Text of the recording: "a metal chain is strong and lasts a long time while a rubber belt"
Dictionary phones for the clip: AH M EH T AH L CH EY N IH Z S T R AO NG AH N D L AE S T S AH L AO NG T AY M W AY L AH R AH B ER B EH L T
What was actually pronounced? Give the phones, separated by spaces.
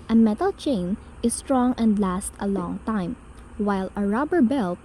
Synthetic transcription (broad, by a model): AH M EH T AH L CH EY N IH S T R AO NG AH N D L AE S T AH L AO NG T AY M W AY L AH R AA B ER B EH L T